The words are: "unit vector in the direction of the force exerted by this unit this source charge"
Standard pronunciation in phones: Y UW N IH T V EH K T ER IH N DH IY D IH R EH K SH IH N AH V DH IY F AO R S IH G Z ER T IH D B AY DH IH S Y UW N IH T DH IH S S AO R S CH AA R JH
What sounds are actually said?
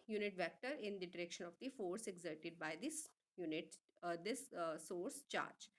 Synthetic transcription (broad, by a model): Y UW N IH T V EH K T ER IH N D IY D IH R EH K SH IH N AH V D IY F AO R S IH G Z ER T IH D B AY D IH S Y UW N IH T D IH S S AO R S CH AA R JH